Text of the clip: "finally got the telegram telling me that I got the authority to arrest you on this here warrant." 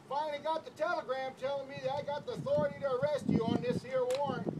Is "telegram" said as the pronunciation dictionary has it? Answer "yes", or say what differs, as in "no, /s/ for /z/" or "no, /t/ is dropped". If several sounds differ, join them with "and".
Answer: yes